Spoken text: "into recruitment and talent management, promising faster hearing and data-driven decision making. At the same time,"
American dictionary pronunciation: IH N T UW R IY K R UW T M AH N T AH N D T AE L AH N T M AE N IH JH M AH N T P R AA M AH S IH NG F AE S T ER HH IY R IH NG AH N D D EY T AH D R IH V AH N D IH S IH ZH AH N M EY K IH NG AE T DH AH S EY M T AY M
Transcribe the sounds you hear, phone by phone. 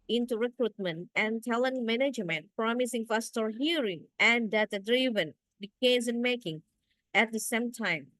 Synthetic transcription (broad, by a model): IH N T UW R IY K R UW T M AH N T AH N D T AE L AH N M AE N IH JH M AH N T P R AA M AH S IH NG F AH S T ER HH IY R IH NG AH N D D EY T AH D R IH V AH N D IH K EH Z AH N M EY K IH NG AE T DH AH S EY M T AY M